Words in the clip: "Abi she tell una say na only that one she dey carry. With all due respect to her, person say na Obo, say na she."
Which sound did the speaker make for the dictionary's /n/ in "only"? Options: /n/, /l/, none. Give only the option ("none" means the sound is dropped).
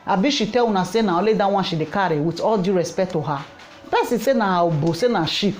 none